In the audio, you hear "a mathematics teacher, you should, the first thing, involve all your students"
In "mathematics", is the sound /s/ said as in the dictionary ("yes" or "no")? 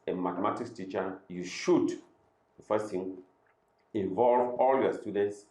no